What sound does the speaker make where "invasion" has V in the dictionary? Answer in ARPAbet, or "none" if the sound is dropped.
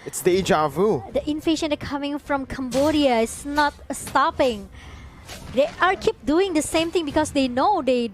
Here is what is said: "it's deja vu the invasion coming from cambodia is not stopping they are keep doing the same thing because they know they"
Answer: F